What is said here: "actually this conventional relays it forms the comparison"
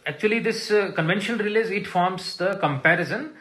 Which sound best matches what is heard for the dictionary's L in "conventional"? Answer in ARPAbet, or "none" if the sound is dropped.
N